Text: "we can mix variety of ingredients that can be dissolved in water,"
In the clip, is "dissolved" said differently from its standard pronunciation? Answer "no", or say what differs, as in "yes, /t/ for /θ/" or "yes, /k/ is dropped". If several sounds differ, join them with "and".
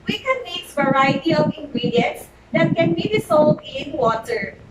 yes, /s/ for /z/